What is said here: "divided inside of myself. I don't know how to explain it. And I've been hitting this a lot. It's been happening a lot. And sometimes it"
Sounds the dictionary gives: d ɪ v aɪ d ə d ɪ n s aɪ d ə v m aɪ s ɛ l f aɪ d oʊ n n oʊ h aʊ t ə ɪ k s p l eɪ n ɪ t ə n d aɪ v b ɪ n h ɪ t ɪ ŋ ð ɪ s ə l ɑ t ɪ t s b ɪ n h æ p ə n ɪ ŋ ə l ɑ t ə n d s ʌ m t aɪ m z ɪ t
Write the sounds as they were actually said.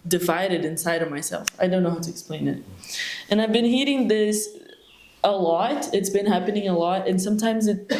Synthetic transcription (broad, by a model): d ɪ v aɪ d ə d ɪ n s aɪ d ə v m aɪ s ɛ l f aɪ d oʊ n n oʊ h aʊ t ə ɪ k s p l eɪ n ɪ t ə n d aɪ v b ɪ n h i t ɪ ŋ ð ɪ s ə l ɑ t ɪ t s b ɪ n h æ p ə n ɪ ŋ ə l ɑ t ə n s ʌ m t aɪ m z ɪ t